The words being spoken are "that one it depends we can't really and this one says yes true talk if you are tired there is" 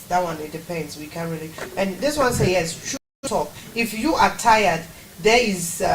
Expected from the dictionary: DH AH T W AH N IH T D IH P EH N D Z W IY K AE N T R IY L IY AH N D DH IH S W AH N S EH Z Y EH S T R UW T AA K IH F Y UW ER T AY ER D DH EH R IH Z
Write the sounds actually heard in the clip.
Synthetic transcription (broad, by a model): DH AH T W AH N IH T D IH P EH N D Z W IY K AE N R IY L IY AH N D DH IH S W AH N S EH Y EH S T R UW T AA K IH F Y UW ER T AY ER D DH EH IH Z